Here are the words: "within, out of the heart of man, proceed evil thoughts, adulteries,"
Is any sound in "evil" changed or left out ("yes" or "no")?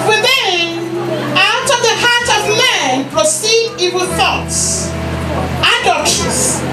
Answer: yes